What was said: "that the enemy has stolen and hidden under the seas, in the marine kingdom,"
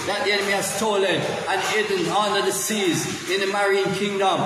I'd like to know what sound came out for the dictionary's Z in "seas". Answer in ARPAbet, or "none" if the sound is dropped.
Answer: Z